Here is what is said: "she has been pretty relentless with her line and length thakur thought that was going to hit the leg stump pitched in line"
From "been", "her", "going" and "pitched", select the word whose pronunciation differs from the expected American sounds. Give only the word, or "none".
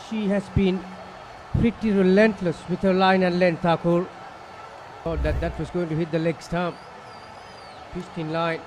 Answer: pitched